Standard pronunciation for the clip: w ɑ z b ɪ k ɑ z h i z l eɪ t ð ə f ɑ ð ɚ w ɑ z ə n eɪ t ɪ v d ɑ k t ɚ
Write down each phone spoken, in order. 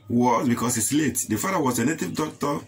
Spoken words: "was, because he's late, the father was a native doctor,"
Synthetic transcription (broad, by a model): w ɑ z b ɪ k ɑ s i s l eɪ t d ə f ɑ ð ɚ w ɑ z ə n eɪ t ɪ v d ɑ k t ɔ